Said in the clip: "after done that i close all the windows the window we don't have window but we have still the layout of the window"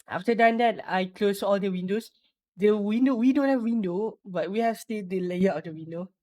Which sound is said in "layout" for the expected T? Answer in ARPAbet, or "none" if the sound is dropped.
none